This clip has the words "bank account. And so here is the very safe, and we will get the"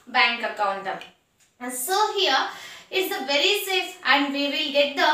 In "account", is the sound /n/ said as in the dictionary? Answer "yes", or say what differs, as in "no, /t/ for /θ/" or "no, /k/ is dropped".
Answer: yes